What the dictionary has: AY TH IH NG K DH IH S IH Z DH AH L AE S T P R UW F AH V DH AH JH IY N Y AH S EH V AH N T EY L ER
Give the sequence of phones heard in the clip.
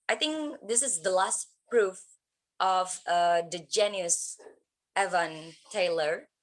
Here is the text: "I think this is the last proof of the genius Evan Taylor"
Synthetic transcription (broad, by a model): AY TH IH NG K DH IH S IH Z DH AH L AE S T P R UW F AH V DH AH JH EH N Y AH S EH V AH N T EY L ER